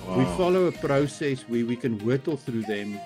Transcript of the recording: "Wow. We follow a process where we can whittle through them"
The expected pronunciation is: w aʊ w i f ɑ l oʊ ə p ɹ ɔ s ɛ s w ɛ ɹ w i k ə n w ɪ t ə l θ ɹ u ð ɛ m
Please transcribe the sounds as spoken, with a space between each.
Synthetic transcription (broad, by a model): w w i f ɑ l oʊ ə p ɹ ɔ s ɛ s w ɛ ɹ w i k ə n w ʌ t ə l θ ɹ u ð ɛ m